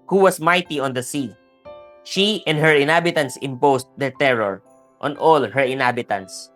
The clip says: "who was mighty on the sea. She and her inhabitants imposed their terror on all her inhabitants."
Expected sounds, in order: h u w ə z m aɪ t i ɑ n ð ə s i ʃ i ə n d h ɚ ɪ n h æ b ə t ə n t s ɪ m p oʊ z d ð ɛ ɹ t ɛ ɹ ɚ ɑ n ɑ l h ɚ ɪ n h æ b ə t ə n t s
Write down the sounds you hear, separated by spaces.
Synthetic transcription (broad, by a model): h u w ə s m aɪ t i ɑ n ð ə s i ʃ i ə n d h ɚ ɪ n h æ b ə t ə n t s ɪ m p oʊ s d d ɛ ɹ t ɛ ɹ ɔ ɑ n ɑ l h ɚ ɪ n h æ b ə t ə n t s